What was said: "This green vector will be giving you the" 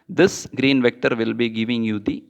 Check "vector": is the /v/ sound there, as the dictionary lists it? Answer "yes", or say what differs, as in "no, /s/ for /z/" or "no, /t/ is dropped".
yes